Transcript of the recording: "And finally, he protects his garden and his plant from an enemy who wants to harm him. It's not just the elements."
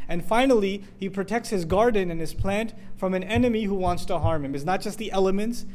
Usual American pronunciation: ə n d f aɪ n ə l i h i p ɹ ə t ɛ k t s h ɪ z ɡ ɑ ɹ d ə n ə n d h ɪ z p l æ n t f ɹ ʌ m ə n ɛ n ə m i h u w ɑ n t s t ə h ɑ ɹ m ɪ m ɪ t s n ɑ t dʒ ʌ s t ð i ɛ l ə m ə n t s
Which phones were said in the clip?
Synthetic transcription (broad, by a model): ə n f aɪ n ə l i h i p ɹ ə t ɛ k t s h ɪ z ɡ ɑ ɹ d n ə n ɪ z p l æ n t f ɹ ʌ m ə n ɛ n ə m i h u w ɑ n t s t ə h ɑ ɹ m ɪ m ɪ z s n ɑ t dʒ ʌ s t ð i ɛ l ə m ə n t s